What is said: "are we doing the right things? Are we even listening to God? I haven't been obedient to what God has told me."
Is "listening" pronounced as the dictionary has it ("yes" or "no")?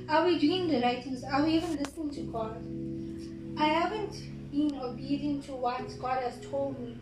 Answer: yes